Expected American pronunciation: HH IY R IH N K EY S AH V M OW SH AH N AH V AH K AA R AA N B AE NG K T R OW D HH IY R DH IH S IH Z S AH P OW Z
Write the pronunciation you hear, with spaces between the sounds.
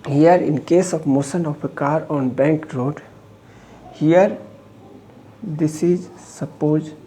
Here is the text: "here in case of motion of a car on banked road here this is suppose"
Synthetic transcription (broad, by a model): HH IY R IH N K EY S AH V M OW S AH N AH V AH K AA R AA N B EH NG K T R OW D HH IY R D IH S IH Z S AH P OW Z